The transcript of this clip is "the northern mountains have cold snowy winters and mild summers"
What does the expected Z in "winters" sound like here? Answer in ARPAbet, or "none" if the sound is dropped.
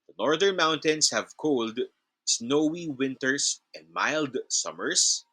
S